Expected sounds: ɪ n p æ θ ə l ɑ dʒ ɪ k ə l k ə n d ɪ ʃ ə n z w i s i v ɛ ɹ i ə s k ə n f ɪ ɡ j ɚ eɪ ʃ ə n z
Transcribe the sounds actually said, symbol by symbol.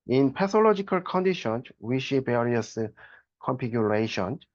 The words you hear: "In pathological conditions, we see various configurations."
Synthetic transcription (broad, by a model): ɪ n p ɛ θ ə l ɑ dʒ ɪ k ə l k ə n d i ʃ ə n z w i ʃ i b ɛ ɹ i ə s k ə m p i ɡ j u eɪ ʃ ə n